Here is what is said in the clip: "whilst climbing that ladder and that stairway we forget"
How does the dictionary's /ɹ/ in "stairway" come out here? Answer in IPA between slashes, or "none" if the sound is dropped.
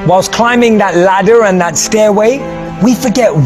/ɹ/